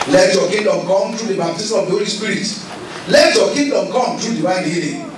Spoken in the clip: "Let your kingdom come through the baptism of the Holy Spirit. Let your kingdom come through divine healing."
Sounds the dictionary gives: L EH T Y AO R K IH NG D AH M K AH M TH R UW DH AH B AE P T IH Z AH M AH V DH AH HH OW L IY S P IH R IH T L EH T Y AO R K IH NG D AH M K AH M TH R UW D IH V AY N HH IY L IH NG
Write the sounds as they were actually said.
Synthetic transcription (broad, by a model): L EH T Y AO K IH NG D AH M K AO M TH R UW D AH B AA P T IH S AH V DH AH HH OW L IY S P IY R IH T L EH T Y AO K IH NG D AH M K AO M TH R UW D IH W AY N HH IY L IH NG